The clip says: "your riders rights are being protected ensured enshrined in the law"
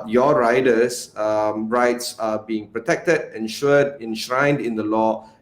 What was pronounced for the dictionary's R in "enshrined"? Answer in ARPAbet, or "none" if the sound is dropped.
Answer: R